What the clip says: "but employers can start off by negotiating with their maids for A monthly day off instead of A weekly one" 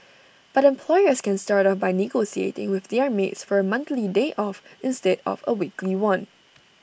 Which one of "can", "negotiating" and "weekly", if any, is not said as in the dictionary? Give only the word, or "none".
negotiating